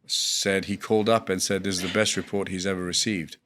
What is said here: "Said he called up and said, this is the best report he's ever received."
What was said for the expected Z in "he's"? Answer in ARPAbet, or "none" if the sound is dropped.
Z